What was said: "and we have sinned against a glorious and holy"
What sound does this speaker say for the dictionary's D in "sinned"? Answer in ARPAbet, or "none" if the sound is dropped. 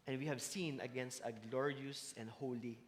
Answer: none